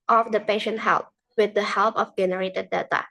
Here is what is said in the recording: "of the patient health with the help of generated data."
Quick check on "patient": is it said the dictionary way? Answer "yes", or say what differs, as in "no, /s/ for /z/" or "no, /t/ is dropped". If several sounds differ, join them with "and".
yes